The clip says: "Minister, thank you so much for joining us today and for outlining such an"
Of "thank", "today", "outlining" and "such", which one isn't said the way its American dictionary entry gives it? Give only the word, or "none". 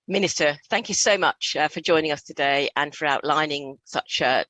none